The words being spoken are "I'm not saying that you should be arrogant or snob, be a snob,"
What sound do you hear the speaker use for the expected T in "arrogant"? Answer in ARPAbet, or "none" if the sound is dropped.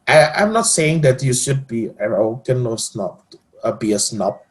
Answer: none